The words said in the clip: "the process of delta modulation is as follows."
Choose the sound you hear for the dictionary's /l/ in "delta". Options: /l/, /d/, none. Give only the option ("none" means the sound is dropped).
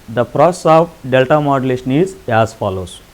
/l/